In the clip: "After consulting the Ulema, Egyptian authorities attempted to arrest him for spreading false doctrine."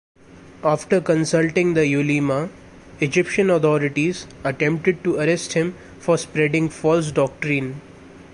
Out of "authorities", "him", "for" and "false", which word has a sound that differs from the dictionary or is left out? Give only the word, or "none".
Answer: authorities